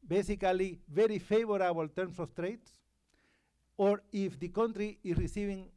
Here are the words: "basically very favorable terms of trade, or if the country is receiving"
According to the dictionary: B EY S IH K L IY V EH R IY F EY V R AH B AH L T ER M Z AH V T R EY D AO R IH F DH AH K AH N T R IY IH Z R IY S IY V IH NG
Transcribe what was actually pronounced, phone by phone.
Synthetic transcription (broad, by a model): B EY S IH K L IY V EH R IY F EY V R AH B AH L T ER M S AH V T R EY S AO R IH F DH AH K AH N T R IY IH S R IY S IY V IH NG